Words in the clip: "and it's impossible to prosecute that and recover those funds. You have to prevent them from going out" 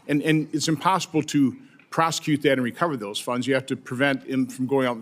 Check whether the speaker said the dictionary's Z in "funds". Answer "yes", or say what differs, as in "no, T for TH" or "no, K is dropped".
yes